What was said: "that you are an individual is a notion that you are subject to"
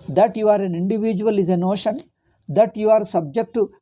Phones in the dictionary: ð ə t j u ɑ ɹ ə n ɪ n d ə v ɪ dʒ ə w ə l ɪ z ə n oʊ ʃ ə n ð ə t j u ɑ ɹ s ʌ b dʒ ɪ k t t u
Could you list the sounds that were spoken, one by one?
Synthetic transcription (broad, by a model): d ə t j u ɑ ɹ ə n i n d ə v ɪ dʒ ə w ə l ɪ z ə n oʊ ʃ ə n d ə t j u ɑ ɹ s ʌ b dʒ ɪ k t t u